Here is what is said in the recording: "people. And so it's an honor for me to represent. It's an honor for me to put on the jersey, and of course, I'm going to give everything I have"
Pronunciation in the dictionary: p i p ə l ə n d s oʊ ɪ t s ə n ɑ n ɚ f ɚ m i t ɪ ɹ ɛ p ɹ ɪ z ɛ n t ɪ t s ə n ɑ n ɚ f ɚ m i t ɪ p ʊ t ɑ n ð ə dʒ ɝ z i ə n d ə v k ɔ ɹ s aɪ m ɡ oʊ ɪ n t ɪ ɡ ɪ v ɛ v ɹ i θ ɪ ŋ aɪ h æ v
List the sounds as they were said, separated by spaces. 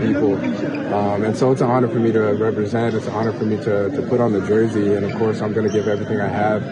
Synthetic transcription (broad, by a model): p i p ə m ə n s oʊ ɪ t s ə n ɑ n ɚ f ɚ m i t ɪ ɹ ɛ p ɹ ɪ z ɛ n t ɪ t s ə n ɑ n ɚ f ɚ m i t ɪ p ʊ t n ð ə dʒ ɝ z i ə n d ə v k ɔ ɹ s aɪ m ɡ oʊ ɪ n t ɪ ɡ ɪ v ɛ v ɹ i θ ɪ ŋ aɪ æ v